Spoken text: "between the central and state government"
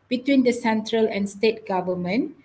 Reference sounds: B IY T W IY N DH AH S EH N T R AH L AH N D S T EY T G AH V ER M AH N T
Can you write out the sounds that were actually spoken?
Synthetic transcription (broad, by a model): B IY T W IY N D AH S EH N T R AH L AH N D S T EY T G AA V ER M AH N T